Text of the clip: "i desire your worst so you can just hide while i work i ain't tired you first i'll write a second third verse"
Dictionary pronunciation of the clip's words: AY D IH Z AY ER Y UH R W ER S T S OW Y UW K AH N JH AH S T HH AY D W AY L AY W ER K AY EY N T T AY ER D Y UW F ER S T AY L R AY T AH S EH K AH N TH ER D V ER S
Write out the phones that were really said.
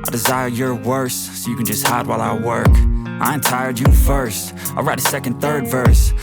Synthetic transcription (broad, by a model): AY D IH Z AY ER Y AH R W ER S S OW Y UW K AH N JH AH S T HH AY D W AY L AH W ER K AY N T T AY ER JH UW F ER S T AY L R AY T AH S EH K AH N TH ER D V ER S